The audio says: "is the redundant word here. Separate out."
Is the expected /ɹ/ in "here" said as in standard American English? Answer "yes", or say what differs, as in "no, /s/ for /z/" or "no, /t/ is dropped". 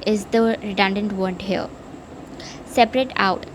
no, /l/ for /ɹ/